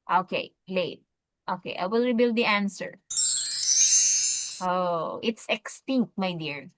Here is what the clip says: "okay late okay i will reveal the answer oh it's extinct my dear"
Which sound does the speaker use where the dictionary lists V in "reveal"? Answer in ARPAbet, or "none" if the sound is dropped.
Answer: B